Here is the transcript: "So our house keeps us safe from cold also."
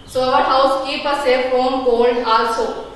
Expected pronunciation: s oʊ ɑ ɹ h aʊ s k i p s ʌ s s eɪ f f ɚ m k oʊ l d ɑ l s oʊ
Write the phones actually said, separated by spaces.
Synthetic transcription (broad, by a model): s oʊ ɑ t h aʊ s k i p ʌ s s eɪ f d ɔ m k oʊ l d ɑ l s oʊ